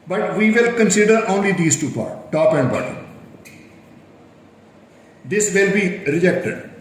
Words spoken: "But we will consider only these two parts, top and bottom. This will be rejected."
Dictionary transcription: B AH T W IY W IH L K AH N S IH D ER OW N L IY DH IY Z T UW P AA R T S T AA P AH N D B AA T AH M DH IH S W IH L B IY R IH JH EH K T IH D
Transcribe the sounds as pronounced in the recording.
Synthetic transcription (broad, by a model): B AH T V IY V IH L K AH N S IH D ER OW N L IY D IY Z T UW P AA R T T AA P AH N D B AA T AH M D IH S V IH L B IY R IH JH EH K T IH D